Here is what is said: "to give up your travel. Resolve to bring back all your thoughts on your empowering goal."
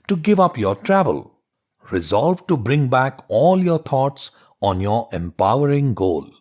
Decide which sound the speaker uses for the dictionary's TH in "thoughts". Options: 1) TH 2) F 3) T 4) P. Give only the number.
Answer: 3